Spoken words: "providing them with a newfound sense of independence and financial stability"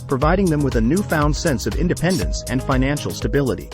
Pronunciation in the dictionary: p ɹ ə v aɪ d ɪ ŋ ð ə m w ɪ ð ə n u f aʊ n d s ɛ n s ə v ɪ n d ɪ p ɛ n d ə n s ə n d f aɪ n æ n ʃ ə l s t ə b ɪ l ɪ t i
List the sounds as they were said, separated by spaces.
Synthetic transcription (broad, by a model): p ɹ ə v aɪ d ɪ ŋ ð ə m w ɪ ð ə n u f aʊ n d s ɛ n s ə v ɪ n d ɪ p ɛ n d ə n s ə n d f aɪ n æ n ʃ l s t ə b ɪ l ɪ t i